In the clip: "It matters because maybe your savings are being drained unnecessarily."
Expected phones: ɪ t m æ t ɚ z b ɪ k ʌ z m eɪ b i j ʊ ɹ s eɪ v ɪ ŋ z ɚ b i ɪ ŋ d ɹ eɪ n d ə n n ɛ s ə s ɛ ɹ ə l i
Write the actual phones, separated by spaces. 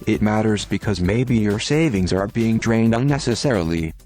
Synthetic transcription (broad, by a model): ɪ t m æ t ɚ z b ɪ k ʌ z m eɪ b i j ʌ ɹ s eɪ v ɪ ŋ z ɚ b i ɪ ŋ d ɹ eɪ n d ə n n ɛ s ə s ɛ ɹ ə l i